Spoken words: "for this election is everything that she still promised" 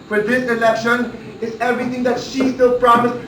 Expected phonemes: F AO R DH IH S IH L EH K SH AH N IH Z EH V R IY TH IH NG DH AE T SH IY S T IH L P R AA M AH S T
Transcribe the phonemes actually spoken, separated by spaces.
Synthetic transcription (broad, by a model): F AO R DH IH S IH L EH K SH AH N IH Z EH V R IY T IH NG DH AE T SH IY S T IH L P R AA M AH S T